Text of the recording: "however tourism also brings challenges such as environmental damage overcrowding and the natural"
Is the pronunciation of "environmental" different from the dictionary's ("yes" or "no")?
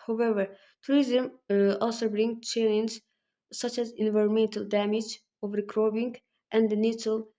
no